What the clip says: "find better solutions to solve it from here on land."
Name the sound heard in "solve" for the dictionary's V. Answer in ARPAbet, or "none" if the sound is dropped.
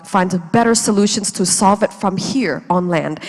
V